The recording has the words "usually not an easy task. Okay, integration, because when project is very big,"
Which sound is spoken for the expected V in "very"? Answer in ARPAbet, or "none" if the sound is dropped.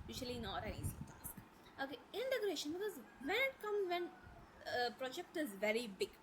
V